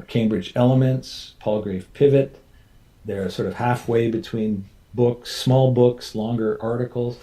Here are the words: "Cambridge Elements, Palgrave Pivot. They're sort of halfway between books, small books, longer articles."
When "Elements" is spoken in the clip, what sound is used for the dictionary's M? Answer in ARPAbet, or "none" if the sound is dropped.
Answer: M